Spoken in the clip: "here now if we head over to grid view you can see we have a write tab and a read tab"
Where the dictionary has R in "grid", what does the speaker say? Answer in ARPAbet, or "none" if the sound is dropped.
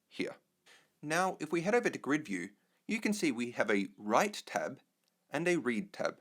R